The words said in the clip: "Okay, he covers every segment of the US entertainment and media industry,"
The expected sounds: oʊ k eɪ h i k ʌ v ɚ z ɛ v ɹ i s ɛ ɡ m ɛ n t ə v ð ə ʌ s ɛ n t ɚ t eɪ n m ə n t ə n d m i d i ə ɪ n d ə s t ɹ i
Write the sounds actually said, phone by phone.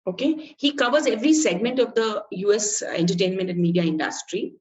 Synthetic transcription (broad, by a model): oʊ k eɪ h i k ʌ v ɚ z ɛ v ɹ i s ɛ ɡ m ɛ n t ə v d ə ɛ s ɛ n t ɚ t eɪ n m ə n t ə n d m i d i ə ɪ n d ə s t ɹ i